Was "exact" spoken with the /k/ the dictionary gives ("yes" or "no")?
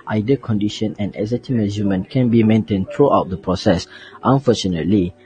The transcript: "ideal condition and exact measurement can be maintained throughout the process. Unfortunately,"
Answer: no